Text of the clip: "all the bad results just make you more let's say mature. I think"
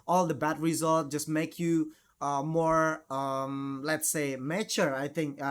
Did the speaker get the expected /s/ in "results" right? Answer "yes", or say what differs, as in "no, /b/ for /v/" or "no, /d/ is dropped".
no, /s/ is dropped